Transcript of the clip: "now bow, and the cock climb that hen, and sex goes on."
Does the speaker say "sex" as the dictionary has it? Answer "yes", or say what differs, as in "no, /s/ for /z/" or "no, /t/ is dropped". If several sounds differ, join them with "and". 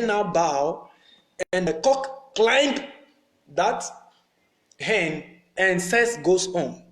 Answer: no, /k/ is dropped